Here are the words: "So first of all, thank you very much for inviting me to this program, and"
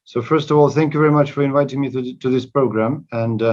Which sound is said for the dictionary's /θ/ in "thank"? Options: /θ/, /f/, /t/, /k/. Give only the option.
/θ/